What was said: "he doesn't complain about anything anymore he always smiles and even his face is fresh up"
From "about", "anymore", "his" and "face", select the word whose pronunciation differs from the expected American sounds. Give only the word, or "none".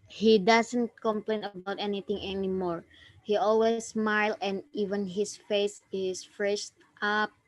his